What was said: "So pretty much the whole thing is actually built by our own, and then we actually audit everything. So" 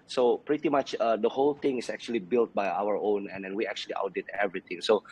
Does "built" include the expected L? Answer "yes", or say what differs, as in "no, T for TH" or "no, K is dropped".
yes